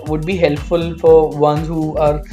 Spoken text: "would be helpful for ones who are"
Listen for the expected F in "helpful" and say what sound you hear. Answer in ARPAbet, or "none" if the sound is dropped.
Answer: F